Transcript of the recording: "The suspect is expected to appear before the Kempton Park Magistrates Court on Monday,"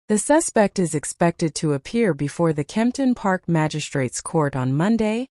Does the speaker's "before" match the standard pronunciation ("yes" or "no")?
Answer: yes